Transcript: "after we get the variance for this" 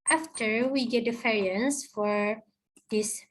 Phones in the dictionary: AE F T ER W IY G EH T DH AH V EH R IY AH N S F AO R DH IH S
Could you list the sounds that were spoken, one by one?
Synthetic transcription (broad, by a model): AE F T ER W IY G EH T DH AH F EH R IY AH N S F AO R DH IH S